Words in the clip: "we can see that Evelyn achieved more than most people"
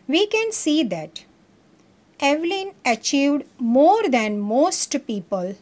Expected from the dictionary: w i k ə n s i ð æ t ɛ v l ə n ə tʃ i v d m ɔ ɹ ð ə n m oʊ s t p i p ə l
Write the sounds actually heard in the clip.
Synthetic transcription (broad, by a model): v i k ə n s i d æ t ɛ v l ə n ə tʃ i v d m ɔ ɹ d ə n m oʊ s t p i p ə l